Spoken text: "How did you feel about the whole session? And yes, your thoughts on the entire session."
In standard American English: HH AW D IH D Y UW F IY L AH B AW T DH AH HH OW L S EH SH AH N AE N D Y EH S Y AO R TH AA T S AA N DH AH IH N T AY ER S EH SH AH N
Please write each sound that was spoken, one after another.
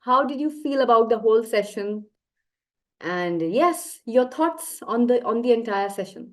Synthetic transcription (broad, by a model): HH AW D IH D Y UW F IY L AH B AW T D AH HH OW L S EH SH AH N AE N D Y EH S Y AO R T AA T S AA N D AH IH N T AY ER S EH SH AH N